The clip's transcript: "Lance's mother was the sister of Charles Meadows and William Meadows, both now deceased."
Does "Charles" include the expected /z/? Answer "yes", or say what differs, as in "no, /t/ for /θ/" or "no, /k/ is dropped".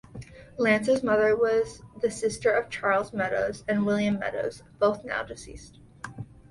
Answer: yes